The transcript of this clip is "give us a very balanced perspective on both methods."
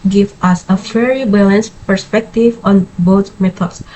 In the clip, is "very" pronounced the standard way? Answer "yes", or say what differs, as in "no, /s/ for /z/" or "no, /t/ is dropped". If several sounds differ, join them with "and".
no, /f/ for /v/